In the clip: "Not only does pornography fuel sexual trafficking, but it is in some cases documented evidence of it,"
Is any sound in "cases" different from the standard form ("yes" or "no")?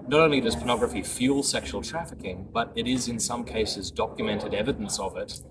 no